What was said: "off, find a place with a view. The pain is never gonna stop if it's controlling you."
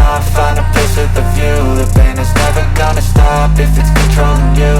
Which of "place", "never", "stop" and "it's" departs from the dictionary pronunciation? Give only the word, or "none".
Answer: place